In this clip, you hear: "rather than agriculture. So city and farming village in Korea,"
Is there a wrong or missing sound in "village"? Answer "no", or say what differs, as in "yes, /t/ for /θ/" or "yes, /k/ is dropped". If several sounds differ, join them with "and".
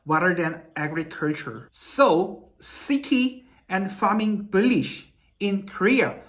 yes, /b/ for /v/ and /ʃ/ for /dʒ/